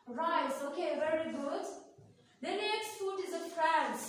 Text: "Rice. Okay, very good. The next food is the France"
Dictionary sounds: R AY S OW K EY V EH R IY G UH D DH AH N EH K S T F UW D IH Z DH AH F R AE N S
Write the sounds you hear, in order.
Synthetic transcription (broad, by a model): R AY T OW K EY V EH R IY G UH D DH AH N EH K S T F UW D IH Z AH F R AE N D